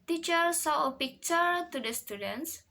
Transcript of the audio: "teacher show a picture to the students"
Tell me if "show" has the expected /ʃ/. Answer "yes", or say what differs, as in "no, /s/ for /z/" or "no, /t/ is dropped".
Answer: no, /s/ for /ʃ/